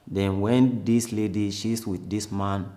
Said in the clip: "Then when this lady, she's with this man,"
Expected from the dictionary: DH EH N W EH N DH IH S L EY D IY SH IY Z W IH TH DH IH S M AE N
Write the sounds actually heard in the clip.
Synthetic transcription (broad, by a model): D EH N W EH N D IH S L EY D IY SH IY S W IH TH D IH S M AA N